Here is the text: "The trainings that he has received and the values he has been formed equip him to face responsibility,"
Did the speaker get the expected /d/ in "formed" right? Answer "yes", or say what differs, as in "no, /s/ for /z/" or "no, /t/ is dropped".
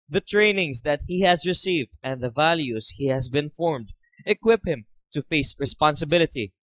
yes